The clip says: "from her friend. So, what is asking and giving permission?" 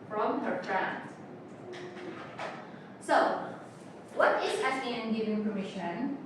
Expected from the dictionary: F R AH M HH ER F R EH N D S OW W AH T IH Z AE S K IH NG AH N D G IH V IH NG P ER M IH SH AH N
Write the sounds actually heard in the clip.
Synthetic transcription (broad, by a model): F R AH M HH ER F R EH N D S OW W AH T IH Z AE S IH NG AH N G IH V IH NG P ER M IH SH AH N